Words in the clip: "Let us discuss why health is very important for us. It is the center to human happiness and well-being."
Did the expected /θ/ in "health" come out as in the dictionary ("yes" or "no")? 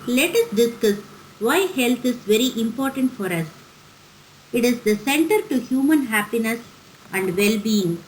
no